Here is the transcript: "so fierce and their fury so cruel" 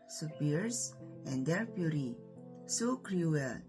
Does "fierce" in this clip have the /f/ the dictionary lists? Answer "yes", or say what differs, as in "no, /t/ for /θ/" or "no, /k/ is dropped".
no, /p/ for /f/